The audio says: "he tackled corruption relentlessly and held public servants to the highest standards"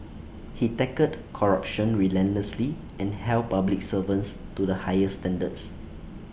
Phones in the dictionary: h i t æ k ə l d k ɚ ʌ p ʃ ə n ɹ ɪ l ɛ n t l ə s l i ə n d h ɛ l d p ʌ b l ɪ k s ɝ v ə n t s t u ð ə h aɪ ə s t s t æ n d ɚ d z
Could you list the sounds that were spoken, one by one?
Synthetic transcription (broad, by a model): h i t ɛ k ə d k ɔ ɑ p ʃ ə n ɹ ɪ l ɛ n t l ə s l i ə n h ɛ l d p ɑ b l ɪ k s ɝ v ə n s t u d ə h aɪ ə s s t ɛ n d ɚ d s